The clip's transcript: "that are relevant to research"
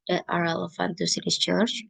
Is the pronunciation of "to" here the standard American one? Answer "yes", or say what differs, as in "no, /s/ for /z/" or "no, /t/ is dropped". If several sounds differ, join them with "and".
no, /s/ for /t/